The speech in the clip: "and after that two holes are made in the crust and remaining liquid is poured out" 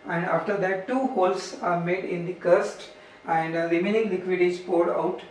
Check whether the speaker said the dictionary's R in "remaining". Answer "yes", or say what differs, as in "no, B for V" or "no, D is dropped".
no, L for R